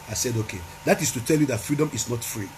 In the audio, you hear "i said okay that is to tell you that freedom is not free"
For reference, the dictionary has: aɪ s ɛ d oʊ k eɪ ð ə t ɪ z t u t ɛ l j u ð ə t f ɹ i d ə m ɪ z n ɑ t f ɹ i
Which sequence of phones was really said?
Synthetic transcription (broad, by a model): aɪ s ɛ d oʊ k eɪ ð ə t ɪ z t u t ɛ l j u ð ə t f ɹ i d ə m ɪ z n ɑ t f ɹ i